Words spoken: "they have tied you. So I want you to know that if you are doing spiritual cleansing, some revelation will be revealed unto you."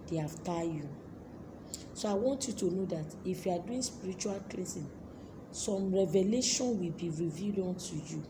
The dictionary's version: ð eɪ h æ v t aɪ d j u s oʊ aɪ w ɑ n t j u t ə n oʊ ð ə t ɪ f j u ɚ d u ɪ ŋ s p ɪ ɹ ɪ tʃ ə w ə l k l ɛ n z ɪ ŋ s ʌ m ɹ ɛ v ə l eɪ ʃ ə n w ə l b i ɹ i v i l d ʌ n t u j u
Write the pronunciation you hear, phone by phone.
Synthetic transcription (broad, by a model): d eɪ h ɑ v t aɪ j u s oʊ aɪ w ɑ n t j u t ə n oʊ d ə t ɪ f j u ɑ d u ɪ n s p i ɹ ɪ tʃ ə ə l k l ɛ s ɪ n s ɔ m ɹ ɛ v ə l eɪ ʃ ə n w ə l b i ɹ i v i d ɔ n t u j u